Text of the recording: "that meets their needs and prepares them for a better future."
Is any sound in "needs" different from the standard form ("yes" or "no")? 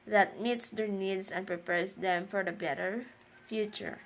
yes